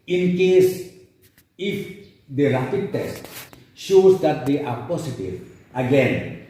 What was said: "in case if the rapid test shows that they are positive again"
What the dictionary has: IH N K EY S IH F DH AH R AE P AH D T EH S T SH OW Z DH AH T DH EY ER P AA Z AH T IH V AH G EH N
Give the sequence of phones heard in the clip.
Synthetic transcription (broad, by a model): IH N K EY S IH F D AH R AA F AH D T EH S T SH OW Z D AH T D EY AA P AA S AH T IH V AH G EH N